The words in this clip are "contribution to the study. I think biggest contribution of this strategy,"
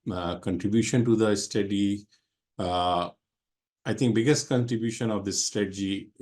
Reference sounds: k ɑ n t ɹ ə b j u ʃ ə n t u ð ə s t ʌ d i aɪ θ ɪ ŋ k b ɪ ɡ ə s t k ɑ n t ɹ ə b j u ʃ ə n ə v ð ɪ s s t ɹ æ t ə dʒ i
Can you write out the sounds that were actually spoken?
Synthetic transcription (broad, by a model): k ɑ n t ɹ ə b j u ʃ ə n t u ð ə s t ʌ d i aɪ t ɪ ŋ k b ɪ ɡ ə s t k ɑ n t ɹ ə b j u ʃ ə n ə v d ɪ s s t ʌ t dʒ i